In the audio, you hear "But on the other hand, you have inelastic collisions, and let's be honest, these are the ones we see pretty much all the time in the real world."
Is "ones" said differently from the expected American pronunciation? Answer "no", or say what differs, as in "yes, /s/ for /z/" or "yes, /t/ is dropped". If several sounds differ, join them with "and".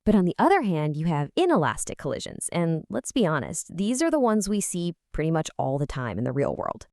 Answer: no